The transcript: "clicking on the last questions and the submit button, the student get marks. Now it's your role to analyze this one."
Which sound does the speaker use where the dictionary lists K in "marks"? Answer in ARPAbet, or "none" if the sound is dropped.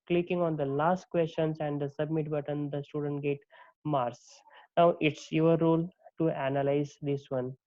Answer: none